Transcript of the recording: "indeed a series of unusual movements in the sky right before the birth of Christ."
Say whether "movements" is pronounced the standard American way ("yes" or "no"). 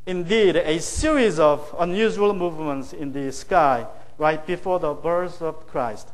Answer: yes